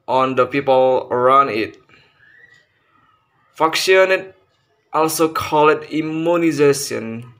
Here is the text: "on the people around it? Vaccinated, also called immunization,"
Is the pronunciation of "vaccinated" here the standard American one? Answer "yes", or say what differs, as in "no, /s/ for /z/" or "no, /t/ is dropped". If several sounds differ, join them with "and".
no, /f/ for /v/